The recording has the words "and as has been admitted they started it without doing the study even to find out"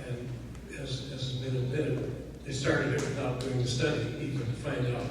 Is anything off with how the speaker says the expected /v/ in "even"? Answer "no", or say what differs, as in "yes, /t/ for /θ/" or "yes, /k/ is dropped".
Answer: yes, /p/ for /v/